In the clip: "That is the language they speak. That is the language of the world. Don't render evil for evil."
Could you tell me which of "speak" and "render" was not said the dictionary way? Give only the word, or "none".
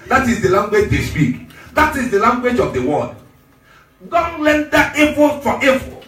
render